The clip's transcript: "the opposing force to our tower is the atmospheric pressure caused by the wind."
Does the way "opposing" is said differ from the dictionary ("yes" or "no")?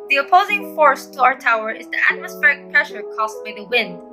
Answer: no